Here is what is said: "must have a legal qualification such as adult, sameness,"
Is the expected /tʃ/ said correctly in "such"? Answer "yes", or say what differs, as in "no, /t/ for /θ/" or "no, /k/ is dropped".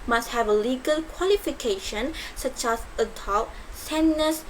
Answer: yes